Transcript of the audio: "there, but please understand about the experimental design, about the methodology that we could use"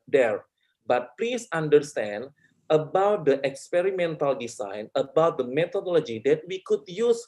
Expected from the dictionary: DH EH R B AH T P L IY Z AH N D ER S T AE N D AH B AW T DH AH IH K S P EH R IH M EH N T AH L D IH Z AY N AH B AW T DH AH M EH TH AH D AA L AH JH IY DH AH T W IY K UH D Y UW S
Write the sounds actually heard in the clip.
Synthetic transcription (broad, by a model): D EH R B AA T P L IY S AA N D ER S T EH N D AH B AW T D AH IH K S P EH R IH M EH N T AH L D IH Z AY N AH B AW T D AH M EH T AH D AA L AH JH IY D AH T W IY K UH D Y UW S